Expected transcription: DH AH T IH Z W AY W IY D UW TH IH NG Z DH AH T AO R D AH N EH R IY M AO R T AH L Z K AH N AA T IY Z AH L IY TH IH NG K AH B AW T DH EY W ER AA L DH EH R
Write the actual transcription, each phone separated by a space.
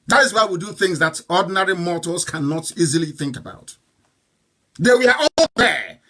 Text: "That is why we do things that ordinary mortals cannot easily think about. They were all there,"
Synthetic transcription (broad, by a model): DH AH T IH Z W AY W IY D UW TH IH NG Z DH AH T AO D N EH R IY M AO T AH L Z K AH N AA T IY Z AH L IY TH IH NG K AH B AW T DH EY W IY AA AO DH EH